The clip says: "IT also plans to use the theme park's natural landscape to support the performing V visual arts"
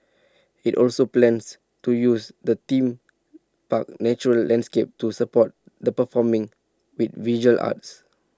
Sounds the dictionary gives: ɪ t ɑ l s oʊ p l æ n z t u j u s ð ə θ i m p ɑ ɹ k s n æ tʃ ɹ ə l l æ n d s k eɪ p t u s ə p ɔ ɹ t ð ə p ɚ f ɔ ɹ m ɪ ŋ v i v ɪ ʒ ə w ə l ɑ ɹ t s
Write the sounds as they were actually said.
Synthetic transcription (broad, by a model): ɪ t ɑ l s oʊ p l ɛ n s t u j u s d ə t i m p ɑ k n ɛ tʃ ɹ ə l l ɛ n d s k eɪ p t u s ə p ɔ t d ə p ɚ f ɔ m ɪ ŋ w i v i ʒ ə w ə l ɑ t s